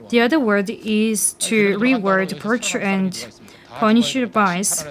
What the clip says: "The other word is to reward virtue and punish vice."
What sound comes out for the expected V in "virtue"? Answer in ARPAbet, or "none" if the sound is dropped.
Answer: P